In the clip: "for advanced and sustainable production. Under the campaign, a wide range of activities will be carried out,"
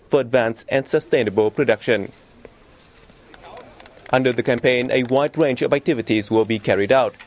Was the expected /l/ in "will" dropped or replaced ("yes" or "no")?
no